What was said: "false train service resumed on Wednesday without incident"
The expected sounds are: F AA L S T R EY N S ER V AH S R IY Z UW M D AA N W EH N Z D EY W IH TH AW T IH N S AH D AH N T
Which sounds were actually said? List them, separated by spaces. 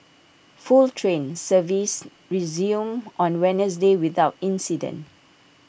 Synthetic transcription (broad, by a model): F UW L T R EY N S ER V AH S R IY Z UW M AA N W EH N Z D EY W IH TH AW T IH N S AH D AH N T